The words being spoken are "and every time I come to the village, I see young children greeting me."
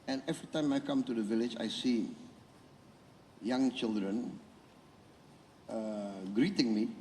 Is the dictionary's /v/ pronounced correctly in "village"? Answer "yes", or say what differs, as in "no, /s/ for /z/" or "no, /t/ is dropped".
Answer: yes